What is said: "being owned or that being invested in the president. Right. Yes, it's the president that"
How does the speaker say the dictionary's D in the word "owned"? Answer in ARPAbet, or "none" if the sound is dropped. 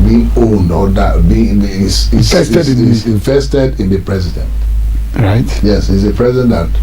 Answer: D